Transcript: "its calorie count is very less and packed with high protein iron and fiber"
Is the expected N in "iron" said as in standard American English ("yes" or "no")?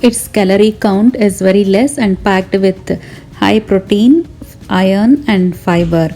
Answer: yes